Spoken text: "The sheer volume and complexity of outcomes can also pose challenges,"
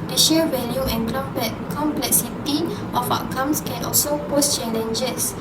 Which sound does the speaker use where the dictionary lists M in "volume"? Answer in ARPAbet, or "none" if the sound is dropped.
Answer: none